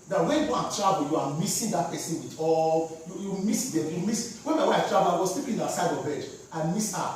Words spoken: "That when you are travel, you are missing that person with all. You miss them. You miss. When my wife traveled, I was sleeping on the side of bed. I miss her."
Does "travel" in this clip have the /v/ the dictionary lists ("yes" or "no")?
no